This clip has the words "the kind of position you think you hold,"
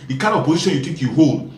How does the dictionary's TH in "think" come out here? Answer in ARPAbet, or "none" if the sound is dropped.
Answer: T